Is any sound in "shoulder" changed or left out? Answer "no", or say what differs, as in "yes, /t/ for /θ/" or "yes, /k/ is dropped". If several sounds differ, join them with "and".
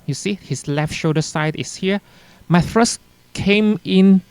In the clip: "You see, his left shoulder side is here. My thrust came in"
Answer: yes, /l/ is dropped